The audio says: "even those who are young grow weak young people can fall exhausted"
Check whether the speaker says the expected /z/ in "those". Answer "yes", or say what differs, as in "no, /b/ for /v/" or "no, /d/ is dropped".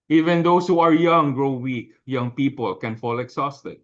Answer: no, /s/ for /z/